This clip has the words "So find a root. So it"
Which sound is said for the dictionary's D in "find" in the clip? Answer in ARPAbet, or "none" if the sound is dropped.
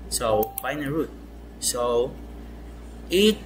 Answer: none